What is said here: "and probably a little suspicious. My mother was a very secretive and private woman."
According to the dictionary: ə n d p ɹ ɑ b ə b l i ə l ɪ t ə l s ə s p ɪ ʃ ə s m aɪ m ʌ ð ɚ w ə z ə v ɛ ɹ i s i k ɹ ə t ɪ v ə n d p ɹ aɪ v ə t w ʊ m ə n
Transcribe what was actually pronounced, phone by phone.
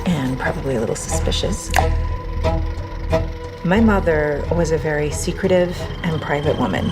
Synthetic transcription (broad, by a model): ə n p ɹ ɑ b ə b l i ə l ɪ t l s ə s p ɪ ʃ ə s m aɪ m ʌ ð ɚ w ə z ə v ɛ ɹ i s i k ɹ ə t ɪ v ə n p ɹ aɪ v ə t w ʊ m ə n